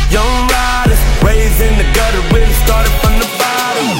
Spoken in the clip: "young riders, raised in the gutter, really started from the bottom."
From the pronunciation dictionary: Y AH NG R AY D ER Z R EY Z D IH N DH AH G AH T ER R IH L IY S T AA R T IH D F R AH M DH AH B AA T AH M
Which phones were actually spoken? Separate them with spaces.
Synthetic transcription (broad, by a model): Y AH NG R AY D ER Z R EY Z IH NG DH AH G AH T ER W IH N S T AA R T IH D F R AH M DH AH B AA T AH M